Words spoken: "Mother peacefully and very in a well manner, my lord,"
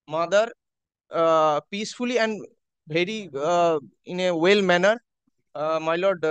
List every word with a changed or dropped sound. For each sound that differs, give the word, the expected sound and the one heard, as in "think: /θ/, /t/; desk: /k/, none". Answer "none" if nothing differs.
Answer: very: /v/, /b/